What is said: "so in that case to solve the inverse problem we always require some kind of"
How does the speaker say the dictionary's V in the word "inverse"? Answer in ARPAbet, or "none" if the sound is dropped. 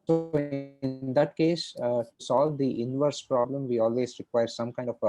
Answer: V